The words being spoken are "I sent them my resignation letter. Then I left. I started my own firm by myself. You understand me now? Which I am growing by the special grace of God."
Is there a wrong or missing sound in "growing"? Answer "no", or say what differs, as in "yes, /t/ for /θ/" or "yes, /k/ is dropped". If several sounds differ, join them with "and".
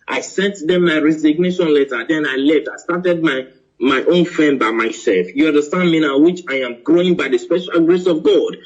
no